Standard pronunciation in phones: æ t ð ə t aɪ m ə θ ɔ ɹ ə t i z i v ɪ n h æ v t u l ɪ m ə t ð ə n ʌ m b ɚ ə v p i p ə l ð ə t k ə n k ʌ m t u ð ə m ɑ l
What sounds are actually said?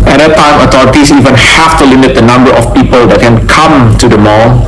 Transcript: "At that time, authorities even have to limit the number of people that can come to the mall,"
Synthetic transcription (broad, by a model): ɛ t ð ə t aɪ m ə t ɔ ɹ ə t i s i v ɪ n h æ f t u l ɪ m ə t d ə n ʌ m b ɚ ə f p i p ə l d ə t k ə n k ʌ m t u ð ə m ɑ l